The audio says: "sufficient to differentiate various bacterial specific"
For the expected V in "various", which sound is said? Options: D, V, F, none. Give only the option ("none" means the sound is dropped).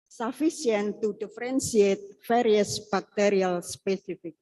F